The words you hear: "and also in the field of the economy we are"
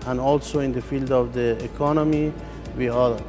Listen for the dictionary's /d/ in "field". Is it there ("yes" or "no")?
yes